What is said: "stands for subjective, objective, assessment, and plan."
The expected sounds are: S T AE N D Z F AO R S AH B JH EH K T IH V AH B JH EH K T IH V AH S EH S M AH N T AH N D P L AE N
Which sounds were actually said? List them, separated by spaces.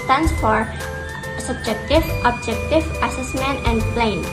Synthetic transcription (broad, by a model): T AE N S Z F AO R S AH B JH EH K T IH V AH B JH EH K T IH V AH S EH S M AH N T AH N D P L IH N